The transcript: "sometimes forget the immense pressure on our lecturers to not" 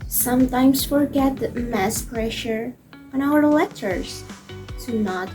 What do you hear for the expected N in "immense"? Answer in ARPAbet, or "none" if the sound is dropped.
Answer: none